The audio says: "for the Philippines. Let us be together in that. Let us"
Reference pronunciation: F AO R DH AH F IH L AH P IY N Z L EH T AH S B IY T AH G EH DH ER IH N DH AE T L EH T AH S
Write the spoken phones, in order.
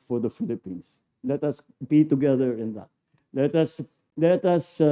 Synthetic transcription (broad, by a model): F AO R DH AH F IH L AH P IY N S L EH T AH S B IY T AH G EH DH ER IH N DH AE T L EH T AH S